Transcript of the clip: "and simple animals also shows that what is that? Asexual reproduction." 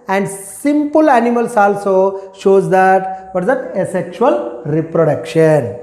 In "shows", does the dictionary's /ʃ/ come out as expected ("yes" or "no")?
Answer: yes